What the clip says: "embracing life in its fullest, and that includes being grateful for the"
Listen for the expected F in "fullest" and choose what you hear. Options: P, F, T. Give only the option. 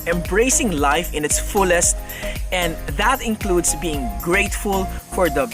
F